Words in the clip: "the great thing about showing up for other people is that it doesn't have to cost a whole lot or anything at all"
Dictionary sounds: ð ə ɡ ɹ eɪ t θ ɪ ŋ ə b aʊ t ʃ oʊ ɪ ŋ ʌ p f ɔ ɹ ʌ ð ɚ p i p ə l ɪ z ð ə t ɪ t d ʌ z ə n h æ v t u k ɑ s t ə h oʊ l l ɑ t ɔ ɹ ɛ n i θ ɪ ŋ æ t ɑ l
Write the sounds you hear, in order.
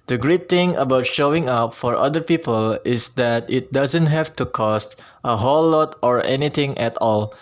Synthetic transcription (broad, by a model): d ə ɡ ɹ eɪ t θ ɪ ŋ ə b aʊ t ʃ oʊ ɪ ŋ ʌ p f ɔ ɹ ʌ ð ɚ p i p ə l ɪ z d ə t ɪ t d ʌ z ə n h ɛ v t u k ɑ s t ə h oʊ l l ɑ t ɔ ɹ ɛ n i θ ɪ ŋ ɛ t ɑ l